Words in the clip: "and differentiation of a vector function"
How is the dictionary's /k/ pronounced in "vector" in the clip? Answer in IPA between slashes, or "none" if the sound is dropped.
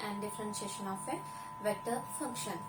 none